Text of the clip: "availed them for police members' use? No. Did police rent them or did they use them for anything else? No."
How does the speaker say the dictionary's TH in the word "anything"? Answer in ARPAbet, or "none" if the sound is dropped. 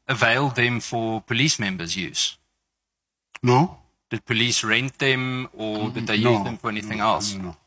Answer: TH